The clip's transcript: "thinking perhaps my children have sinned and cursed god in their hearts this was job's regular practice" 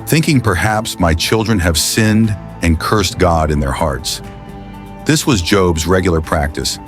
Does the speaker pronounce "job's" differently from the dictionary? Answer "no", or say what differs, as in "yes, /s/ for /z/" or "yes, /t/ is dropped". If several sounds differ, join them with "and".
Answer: no